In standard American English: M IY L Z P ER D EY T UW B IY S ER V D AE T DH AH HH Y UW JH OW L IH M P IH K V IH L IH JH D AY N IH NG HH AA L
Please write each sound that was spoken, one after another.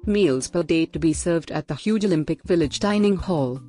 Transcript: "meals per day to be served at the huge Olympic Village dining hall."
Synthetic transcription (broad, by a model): M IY L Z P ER D EY T UW B IY S ER V D AE T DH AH HH Y UW JH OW L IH M P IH K V IH L IH JH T AY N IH NG HH AA L